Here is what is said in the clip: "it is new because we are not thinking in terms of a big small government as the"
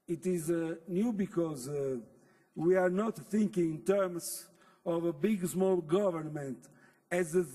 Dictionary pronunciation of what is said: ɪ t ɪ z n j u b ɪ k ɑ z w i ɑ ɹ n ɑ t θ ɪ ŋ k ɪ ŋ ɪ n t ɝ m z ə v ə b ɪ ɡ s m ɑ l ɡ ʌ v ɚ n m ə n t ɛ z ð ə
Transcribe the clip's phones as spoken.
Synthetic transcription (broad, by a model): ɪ t ɪ z n j u b ɪ k ɑ z w i ɑ ɹ n ɑ t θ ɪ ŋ k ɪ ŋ ɪ n t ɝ m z ə v ə b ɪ ɡ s m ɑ l ɡ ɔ v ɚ n m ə n t ɛ z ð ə